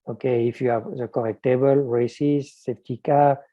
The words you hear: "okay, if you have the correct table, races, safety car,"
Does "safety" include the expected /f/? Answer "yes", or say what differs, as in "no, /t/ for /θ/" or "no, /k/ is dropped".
no, /p/ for /f/